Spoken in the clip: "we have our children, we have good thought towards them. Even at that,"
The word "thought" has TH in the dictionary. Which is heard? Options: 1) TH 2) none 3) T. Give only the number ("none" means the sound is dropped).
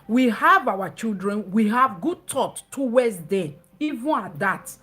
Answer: 3